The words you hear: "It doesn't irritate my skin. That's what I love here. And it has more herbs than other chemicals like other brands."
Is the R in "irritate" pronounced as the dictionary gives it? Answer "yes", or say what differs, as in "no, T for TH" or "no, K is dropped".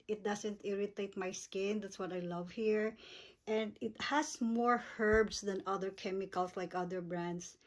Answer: yes